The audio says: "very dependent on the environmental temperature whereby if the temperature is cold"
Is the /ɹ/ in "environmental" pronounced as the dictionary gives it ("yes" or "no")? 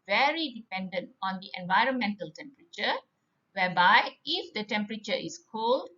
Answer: yes